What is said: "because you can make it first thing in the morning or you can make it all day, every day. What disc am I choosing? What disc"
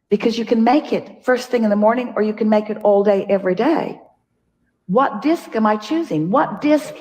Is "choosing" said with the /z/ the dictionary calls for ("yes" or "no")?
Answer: yes